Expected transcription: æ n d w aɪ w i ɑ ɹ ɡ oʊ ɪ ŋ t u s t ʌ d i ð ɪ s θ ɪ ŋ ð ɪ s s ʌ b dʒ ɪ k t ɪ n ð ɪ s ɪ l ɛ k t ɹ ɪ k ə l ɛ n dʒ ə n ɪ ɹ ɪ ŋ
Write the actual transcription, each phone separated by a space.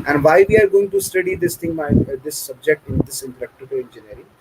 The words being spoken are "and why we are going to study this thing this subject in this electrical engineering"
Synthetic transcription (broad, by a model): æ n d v aɪ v i ɑ ɹ ɡ oʊ ɪ ŋ t u s t ʌ d i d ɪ s t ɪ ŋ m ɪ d s ʌ b dʒ ɪ k t ɪ n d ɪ s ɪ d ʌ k t ɪ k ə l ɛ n dʒ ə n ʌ ɹ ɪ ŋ